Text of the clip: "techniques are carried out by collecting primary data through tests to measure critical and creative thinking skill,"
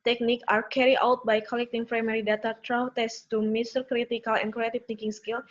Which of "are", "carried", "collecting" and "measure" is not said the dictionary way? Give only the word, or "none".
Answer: measure